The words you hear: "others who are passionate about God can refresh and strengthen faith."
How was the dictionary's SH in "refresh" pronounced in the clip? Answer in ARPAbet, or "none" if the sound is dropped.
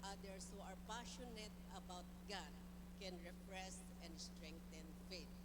S